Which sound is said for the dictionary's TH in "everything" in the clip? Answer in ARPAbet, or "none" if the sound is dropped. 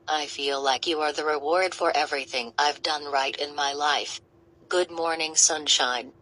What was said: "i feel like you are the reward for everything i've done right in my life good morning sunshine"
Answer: TH